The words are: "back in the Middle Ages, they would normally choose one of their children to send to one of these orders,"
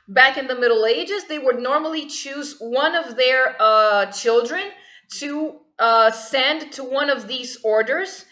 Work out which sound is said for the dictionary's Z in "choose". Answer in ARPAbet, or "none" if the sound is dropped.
Z